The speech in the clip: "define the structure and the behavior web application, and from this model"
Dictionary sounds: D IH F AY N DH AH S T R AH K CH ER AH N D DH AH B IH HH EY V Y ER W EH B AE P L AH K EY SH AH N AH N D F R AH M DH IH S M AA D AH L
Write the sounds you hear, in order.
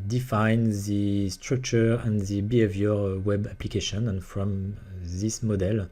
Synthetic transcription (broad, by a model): D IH F AY N DH AH S T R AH K CH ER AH N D DH AH B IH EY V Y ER W EH B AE P L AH K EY SH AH N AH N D F R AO M DH IH S M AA D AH L